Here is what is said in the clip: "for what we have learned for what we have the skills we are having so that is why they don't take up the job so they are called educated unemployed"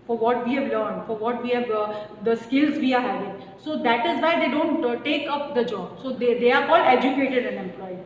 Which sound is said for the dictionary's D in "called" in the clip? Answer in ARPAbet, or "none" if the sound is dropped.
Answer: none